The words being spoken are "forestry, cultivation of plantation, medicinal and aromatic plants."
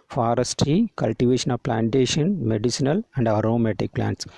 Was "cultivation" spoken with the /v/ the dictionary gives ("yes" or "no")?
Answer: yes